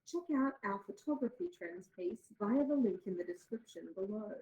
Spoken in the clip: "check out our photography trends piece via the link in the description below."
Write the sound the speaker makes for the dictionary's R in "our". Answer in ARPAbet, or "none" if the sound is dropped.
L